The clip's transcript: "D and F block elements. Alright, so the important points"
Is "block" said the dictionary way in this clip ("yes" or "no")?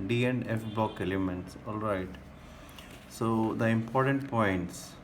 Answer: no